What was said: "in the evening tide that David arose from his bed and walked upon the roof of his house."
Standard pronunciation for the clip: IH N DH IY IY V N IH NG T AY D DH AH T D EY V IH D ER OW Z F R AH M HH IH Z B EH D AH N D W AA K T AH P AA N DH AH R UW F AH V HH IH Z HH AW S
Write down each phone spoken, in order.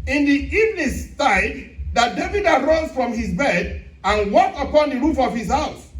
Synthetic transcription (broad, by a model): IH N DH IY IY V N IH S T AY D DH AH T D EY V IH D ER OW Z F R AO M HH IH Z B EH D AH N W AA K T AH P AA N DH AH R UW F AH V HH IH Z HH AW S